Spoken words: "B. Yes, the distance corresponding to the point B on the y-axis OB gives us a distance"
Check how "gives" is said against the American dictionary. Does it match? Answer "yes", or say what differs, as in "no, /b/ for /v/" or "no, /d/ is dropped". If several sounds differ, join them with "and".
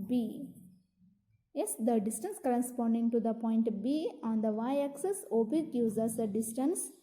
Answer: no, /v/ is dropped